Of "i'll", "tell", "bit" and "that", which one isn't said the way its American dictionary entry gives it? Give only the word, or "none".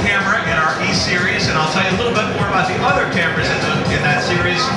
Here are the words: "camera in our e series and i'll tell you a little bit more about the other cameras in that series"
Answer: none